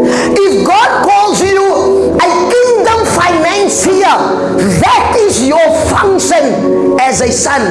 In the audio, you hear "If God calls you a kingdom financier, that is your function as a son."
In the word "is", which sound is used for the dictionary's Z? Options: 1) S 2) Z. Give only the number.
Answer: 2